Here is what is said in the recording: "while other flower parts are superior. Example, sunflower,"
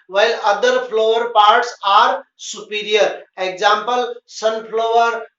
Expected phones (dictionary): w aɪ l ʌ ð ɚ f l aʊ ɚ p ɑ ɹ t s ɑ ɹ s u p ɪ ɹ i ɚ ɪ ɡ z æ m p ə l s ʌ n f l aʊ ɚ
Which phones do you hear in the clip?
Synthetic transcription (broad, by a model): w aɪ l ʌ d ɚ p l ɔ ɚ p ɑ ɹ t s ɑ ɹ s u p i ɹ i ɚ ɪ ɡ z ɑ m p ə l s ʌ n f l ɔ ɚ